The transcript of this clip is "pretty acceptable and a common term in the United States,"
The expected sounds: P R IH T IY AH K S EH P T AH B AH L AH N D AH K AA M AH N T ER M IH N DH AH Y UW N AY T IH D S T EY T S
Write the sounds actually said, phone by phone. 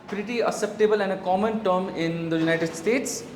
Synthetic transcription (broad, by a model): P R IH T IY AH S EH P T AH B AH L AH N D AH K AA M AH N T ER M IH N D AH Y UW N AY T IH D S T EY T S